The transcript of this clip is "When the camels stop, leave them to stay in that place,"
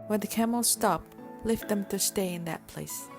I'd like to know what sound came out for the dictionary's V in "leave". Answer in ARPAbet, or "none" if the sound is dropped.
F